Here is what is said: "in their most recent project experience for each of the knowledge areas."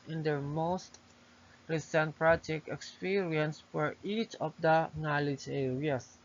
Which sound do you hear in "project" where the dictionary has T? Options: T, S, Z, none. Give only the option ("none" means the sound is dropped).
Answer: none